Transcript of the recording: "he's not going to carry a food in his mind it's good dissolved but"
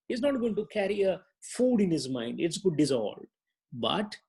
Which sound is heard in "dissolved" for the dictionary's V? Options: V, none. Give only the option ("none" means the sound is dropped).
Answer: none